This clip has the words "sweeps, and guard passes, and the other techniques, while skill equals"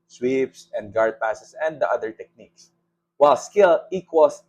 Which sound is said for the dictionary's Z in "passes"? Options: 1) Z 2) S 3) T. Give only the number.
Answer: 2